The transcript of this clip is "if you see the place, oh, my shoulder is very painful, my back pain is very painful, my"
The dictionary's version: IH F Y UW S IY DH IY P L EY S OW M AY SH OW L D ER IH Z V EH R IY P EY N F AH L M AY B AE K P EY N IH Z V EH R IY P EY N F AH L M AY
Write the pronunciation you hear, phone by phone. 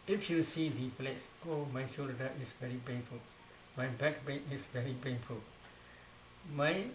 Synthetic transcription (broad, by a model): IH F Y UW S IY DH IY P L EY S OW M AY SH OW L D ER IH S V EH R IY P EY N F AH L M AY B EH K B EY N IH S V EH R IY P EY N F AH L M AY